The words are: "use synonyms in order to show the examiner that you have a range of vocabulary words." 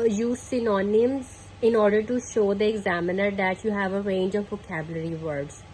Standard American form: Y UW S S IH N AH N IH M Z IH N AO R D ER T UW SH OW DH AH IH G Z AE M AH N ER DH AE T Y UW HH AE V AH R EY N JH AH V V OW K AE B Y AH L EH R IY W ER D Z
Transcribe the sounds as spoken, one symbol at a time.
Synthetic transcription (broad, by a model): Y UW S S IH N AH N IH M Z IH N AO R D ER T UW SH OW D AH IH G Z AE M AH N ER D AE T Y UW HH AE V AH R EY N JH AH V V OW K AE B Y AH L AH R IY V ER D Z